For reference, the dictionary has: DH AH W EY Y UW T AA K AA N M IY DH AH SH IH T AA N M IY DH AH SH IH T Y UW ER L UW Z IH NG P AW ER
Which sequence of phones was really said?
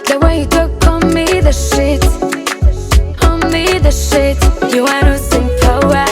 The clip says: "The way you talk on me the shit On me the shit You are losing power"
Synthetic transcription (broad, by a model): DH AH W EY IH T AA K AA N M IY DH AH SH IH T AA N M IY DH AH SH IH T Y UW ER N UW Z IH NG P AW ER